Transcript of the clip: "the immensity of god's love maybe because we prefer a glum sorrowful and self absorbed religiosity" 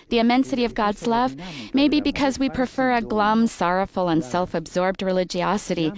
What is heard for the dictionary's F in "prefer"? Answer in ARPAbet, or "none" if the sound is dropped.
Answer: F